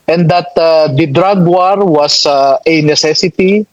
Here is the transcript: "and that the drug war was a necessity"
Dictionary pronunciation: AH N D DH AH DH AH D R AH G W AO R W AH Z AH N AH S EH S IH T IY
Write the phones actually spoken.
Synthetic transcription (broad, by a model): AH N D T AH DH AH D R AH G W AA R W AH S AH N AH S EH S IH T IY